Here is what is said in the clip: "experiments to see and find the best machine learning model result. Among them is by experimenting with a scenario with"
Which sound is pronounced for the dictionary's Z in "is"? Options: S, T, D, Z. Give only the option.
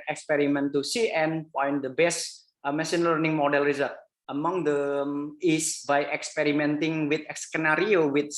S